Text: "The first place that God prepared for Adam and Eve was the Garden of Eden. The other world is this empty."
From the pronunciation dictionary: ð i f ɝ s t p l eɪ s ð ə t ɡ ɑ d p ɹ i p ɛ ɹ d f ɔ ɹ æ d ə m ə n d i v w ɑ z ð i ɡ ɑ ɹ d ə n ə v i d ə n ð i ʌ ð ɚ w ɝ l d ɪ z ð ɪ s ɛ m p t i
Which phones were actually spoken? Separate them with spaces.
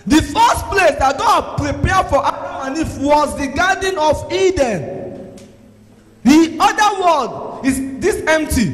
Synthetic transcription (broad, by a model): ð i f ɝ s t p l eɪ s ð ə t ɡ ɑ d p ɹ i p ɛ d f ɔ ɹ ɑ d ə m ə n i f w ɑ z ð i ɡ ɑ d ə n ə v i d ə n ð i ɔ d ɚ w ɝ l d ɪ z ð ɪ s ɛ m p t i